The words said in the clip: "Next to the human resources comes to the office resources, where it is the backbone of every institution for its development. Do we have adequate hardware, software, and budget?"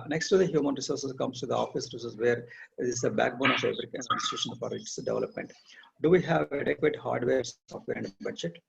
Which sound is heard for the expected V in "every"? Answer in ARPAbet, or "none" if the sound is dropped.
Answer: B